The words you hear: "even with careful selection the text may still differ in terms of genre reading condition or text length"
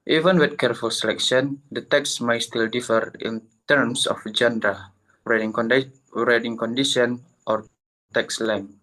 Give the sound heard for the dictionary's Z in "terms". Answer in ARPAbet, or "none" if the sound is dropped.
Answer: S